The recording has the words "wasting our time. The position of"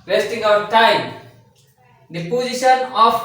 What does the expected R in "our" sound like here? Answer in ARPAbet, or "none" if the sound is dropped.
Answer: W